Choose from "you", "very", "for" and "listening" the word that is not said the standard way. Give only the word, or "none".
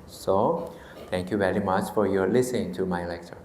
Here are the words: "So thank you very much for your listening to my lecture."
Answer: none